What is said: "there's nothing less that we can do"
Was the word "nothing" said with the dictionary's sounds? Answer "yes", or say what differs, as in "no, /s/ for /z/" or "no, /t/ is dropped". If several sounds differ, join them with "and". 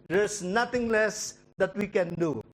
no, /t/ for /θ/